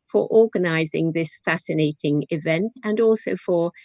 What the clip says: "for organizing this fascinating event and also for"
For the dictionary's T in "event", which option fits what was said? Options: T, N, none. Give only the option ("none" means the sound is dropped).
T